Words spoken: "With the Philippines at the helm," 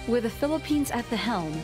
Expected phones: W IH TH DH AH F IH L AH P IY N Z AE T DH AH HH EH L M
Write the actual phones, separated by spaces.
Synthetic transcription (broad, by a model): W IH DH AH F IH L AH P IY N Z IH T DH AH HH EH L M